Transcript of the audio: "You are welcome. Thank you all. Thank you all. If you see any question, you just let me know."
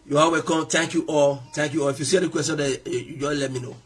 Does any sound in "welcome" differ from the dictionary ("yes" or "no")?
yes